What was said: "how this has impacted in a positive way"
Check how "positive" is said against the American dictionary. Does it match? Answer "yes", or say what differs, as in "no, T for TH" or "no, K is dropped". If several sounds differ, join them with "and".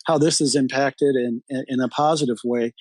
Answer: yes